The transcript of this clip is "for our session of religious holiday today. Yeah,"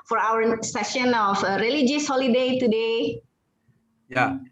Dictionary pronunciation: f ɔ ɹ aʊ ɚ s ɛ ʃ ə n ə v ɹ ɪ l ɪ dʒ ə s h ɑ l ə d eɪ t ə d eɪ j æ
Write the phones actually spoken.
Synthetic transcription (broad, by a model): f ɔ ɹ aʊ ɚ s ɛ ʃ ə n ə f ɹ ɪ l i dʒ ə s h ɑ l ə d eɪ t ə d eɪ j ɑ